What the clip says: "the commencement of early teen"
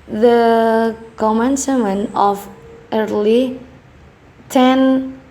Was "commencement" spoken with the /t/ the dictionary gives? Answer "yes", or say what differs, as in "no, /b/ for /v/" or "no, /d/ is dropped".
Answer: no, /t/ is dropped